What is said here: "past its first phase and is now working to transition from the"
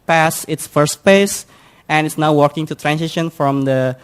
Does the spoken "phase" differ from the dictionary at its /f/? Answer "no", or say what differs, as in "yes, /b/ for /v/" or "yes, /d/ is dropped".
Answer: yes, /p/ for /f/